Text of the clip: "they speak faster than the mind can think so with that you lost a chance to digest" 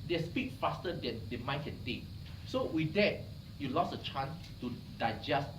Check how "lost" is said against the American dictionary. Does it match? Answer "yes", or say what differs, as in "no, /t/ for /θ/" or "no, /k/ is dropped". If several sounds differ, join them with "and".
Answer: no, /t/ is dropped